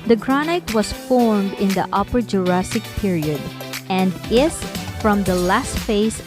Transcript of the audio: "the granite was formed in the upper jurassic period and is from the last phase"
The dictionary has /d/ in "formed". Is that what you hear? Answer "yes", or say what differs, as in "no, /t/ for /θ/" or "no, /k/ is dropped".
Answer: yes